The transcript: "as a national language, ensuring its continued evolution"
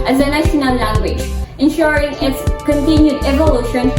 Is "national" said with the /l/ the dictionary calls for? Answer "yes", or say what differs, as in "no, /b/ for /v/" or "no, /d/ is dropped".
no, /n/ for /l/